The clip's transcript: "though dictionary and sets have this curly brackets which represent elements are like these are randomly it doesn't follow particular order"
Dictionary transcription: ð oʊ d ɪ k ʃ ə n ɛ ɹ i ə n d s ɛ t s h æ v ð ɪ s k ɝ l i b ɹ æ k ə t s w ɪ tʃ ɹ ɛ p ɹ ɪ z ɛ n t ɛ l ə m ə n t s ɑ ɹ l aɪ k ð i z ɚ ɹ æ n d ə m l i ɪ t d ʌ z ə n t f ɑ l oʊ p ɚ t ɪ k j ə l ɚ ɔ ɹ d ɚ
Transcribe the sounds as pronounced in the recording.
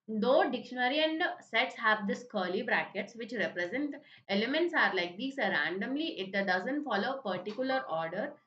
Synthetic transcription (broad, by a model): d oʊ d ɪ k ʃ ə n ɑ ɹ i ə n d s ɛ t s h æ v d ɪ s k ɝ l i b ɹ æ k ə t s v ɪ tʃ ɹ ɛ p ɹ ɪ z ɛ n t ɛ l ə m ə n t s ɑ ɹ l aɪ k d i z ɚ ɹ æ n d ə m l i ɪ t d ʌ z ə n t f ɑ l oʊ p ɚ t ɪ k j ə l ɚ ɔ ɹ d ɚ